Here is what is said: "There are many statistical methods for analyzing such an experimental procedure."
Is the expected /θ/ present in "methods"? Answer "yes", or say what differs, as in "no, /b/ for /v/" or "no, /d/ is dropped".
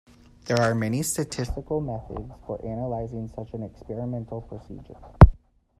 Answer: yes